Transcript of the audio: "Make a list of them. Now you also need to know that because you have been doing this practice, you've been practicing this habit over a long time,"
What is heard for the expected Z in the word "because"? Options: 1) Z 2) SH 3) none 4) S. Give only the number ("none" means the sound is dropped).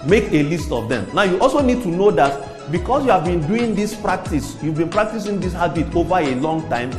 4